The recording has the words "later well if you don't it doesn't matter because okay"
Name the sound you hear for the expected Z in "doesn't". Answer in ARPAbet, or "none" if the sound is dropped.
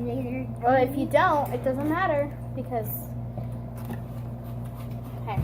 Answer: Z